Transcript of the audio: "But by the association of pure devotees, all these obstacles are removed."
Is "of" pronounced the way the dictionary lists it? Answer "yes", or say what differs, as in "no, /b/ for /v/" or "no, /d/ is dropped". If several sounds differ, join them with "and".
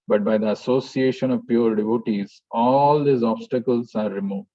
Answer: yes